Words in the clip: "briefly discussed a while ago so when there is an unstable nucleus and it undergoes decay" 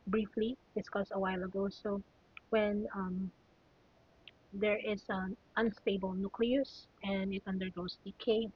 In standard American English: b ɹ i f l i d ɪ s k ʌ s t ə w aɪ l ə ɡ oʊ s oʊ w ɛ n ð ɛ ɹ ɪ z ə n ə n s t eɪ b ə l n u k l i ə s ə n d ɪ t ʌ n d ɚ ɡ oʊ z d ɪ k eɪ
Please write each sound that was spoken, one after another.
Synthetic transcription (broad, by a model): b ɹ i f l i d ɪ s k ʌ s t ə w aɪ l ə ɡ oʊ s oʊ w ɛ n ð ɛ ɹ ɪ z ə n ə n s t eɪ b ə l n u k l i ə s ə n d ɪ t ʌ n d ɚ ɡ oʊ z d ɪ k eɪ